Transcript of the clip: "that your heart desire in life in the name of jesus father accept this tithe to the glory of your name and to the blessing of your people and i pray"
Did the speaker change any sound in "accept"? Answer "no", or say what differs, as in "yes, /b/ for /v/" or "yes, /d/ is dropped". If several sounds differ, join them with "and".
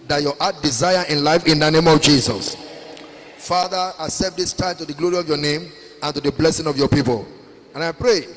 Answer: yes, /k/ is dropped